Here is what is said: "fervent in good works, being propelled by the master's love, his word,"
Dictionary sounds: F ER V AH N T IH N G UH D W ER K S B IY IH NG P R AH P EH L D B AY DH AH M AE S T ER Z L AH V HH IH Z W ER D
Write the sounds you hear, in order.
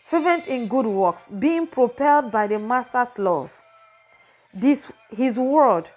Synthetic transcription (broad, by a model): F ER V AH N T IH N G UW D W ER K S B IY IH NG P R AH P EH L D B AY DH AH M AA S T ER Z L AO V HH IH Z W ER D